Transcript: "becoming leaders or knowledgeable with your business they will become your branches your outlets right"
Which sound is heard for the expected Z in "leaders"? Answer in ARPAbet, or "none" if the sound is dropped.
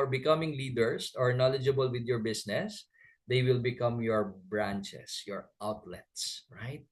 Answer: S